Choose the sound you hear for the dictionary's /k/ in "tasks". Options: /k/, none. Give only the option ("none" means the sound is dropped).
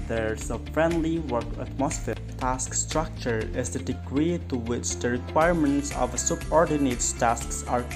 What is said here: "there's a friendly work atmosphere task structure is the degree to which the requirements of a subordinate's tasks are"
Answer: /k/